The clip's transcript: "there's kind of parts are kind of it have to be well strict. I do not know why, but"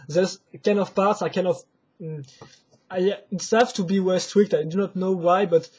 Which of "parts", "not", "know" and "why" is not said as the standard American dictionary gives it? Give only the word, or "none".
none